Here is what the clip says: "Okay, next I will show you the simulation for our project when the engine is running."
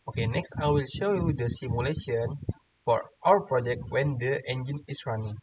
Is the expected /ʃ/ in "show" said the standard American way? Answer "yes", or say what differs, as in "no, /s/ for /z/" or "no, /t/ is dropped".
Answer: yes